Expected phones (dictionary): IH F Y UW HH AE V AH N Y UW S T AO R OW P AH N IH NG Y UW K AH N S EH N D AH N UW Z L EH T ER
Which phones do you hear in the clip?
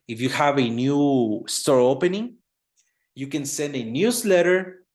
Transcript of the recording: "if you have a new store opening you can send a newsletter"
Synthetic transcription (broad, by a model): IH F Y UW HH AE V AH N Y UW S T AO R OW P AH N IH NG Y UW K AH N S EH N D AH N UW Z L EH T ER